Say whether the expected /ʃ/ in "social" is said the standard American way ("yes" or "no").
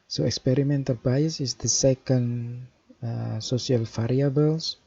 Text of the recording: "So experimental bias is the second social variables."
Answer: no